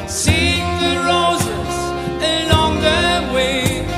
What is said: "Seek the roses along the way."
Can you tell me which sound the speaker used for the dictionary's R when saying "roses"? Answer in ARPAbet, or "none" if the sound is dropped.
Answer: R